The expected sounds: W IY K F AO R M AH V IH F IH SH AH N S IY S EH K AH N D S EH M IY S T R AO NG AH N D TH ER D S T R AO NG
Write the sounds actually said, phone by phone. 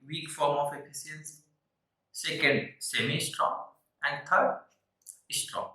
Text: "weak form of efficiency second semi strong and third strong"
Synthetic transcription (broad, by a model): W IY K F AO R M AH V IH P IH S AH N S S EH K AH N D S EH M IY S T R AO NG AH N D T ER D S T R AO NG